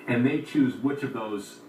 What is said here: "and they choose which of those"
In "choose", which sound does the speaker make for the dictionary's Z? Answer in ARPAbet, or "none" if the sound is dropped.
Z